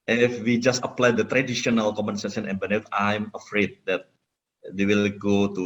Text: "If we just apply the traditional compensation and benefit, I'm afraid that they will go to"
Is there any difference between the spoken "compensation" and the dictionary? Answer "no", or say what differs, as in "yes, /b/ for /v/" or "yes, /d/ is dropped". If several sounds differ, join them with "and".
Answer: yes, /p/ is dropped